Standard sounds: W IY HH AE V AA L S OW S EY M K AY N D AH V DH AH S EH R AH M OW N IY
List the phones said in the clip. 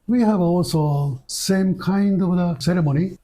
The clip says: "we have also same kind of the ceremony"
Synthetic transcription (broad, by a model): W IY HH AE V AA L S OW S EY M K AY N D AH V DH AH S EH R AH M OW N IY